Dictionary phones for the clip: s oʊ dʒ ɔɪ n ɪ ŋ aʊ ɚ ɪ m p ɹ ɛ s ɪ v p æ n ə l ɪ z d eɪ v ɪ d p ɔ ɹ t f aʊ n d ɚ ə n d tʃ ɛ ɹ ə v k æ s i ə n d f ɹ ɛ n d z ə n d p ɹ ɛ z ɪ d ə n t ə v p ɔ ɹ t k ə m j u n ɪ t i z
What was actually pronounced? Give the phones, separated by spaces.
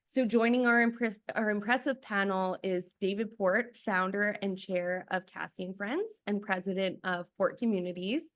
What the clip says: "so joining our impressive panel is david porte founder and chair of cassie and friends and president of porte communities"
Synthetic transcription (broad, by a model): s oʊ dʒ ɔɪ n ɪ ŋ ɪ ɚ ɪ m p ɹ ɛ s ɪ v p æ n l ɪ z d eɪ v ɪ d p ɔ ɹ t f aʊ n d ɚ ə n tʃ ɛ ɹ ə v k æ s i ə n f ɹ ɛ n d z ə n p ɹ ɛ z ɪ d ə n t ə v p ɔ ɹ t k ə m j u n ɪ t i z